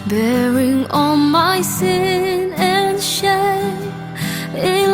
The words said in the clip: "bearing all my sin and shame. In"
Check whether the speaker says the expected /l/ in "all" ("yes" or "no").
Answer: no